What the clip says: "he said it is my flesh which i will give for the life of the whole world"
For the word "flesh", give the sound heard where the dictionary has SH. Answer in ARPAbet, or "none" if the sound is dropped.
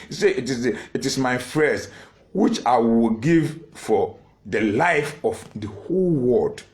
S